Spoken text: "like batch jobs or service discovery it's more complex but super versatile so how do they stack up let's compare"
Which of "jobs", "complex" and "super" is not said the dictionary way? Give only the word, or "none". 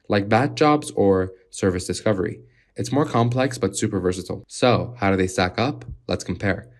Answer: none